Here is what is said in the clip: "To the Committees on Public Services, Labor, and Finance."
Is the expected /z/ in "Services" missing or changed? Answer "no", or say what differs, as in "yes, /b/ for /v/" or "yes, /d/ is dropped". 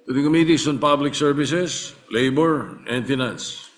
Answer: yes, /s/ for /z/